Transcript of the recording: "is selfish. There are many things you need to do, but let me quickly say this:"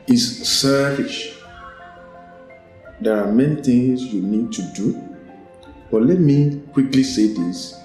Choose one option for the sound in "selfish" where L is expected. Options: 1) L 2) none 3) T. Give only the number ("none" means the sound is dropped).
2